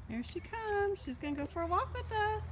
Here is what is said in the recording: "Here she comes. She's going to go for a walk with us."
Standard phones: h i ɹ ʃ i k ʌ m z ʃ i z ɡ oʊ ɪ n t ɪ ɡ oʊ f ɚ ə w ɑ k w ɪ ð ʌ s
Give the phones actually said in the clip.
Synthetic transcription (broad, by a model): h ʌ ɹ ʃ i k ʌ m z ʃ i z ɡ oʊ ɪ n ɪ ɡ oʊ f ɚ ə w ɑ k w ɪ ð ʌ s